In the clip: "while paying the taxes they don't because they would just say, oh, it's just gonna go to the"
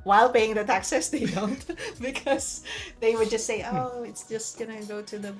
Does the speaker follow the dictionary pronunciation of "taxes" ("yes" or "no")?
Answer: no